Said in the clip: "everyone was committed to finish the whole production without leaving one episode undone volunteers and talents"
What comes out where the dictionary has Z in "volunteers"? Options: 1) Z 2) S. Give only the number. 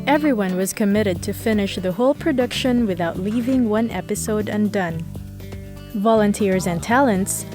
1